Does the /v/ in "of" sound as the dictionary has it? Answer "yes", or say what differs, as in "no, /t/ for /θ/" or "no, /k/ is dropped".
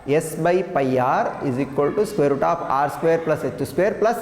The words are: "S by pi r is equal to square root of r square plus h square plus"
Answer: no, /p/ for /v/